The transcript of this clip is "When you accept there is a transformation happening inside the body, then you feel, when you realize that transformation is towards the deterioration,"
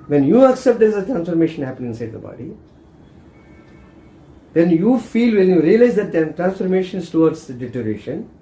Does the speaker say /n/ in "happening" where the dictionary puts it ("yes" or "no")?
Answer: no